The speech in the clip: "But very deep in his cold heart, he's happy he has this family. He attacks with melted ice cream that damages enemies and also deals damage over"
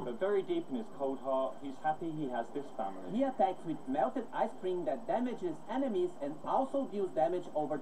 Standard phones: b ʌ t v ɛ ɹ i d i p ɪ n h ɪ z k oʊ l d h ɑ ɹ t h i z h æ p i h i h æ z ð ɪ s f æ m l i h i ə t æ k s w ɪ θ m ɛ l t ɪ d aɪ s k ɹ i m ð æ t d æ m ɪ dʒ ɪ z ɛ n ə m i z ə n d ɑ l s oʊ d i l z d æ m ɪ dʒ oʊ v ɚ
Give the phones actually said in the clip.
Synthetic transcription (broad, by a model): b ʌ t v ɛ ɹ i d i p ɪ n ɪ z k oʊ d h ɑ h i z h æ p i h i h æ z ð ɪ s f æ m l i h i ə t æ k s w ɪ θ m ɛ l t ɪ d aɪ s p ɹ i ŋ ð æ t d æ m ɪ dʒ ɪ z ɛ n ə m i z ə n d ɑ l s oʊ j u z d æ m ɪ dʒ oʊ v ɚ